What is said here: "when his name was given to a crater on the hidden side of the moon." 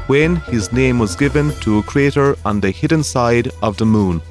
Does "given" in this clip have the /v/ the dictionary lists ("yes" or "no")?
yes